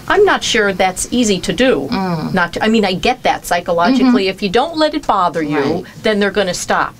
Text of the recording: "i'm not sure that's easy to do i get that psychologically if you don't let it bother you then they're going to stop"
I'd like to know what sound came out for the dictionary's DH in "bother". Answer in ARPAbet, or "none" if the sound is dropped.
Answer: DH